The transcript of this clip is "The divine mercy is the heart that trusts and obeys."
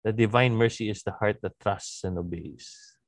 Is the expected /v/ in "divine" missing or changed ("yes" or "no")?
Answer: no